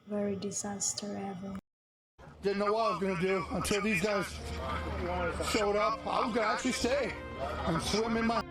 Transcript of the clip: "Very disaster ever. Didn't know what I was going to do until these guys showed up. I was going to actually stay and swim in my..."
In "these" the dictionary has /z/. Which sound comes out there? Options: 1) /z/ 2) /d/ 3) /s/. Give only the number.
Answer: 1